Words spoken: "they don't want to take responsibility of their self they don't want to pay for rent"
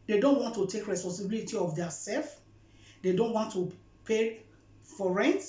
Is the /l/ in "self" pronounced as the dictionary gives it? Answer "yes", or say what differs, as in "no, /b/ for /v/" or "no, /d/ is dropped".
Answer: yes